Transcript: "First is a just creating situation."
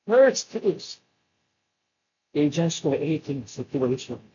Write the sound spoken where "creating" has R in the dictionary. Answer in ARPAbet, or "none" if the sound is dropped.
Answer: none